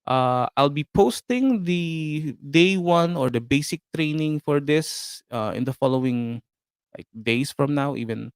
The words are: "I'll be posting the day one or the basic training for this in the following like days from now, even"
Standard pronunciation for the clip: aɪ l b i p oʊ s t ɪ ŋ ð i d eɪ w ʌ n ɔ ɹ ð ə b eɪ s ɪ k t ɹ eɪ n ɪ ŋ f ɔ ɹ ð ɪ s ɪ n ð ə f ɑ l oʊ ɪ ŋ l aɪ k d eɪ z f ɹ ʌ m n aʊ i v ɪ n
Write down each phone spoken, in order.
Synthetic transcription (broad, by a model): aɪ l b i p oʊ s t ɪ ŋ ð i d eɪ w ʌ n ɔ ɹ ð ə b eɪ s ɪ k t ɹ eɪ n ɪ ŋ f ɔ ɹ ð ɪ s ɪ n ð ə f ɑ l oʊ ɪ ŋ l aɪ k d eɪ s f ɹ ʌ m n aʊ i v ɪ n